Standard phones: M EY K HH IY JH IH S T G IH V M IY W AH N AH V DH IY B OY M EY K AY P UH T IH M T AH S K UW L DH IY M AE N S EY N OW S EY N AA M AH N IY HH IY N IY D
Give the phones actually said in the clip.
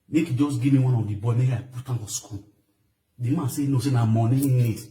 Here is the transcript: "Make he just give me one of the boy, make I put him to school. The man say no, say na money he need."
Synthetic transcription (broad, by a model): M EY K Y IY JH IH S G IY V M IY W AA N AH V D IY B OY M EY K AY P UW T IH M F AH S K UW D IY M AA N S EY N OW S EY N AA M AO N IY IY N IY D